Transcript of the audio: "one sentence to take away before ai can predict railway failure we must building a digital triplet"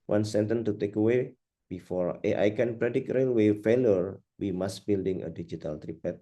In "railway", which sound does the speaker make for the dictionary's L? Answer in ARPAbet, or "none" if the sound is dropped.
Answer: L